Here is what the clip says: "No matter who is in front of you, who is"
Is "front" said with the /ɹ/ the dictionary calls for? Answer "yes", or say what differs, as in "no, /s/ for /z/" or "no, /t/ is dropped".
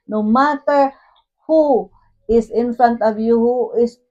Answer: no, /ɹ/ is dropped